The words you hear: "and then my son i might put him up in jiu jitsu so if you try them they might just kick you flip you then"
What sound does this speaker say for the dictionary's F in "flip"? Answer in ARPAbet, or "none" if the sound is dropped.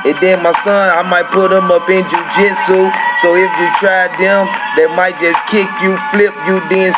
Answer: F